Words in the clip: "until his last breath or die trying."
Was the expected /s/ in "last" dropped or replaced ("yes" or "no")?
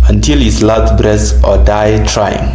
yes